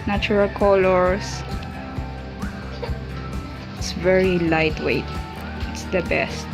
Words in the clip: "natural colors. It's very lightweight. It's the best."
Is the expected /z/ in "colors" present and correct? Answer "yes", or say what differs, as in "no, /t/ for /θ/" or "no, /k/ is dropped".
no, /s/ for /z/